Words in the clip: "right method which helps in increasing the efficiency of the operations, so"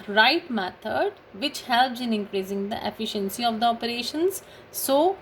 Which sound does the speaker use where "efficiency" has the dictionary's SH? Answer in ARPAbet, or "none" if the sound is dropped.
SH